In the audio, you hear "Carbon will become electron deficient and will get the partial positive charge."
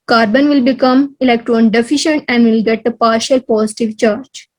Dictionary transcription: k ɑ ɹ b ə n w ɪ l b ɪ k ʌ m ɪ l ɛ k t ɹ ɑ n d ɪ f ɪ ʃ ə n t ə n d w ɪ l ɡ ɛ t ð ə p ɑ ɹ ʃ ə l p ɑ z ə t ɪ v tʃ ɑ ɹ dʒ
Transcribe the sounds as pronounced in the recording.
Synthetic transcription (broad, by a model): k ɑ ɹ b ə n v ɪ l b ɪ k ʌ m ɪ l ɛ k t ɹ ɑ n d ɪ f ɪ ʃ ə n t ə n d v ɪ l ɡ ɛ t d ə p ɑ ɹ ʃ ə l p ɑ s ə t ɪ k tʃ ɑ ɹ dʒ